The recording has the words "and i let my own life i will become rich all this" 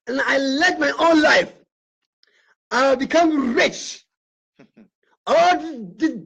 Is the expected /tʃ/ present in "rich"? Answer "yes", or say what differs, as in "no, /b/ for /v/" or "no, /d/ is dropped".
yes